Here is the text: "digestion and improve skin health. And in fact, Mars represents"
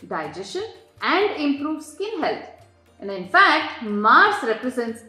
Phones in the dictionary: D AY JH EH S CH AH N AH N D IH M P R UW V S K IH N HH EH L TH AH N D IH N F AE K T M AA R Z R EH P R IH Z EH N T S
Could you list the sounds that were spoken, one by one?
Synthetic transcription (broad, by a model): D AY JH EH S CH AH N AH N D IH M P R UW V S K IH N HH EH L T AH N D IH N F AE K T M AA R S R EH P R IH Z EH N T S